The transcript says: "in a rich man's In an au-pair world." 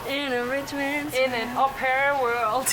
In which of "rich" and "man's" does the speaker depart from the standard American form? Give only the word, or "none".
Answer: man's